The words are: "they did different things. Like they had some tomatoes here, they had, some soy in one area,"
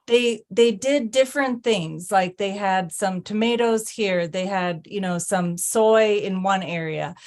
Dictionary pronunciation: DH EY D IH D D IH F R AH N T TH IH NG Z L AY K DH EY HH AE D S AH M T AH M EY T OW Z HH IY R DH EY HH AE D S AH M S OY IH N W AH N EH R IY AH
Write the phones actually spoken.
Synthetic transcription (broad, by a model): DH EY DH IH D D IH F R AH N TH IH NG Z L AY K DH EY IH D S AH M T AH M EY T OW Z HH IY R DH EY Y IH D S AH M S OY IH N W AH N EH R IY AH